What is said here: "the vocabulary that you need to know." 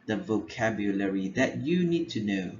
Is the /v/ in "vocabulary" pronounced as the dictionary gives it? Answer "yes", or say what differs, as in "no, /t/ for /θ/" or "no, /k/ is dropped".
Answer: yes